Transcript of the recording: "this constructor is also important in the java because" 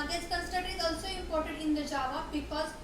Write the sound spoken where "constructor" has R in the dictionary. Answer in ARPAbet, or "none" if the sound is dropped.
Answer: none